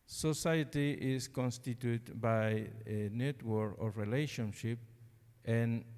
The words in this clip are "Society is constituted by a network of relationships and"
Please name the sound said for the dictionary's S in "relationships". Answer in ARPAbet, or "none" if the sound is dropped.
none